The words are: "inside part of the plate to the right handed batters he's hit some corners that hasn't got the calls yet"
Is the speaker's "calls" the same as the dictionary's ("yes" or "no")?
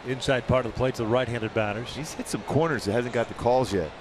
yes